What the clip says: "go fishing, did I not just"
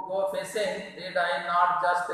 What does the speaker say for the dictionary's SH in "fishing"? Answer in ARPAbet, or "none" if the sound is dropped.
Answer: S